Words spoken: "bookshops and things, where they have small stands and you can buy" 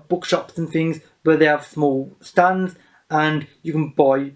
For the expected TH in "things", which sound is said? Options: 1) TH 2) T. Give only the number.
1